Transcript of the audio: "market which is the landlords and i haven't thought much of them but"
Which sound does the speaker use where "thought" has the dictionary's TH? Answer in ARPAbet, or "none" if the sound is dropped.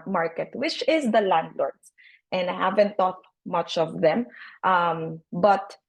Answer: T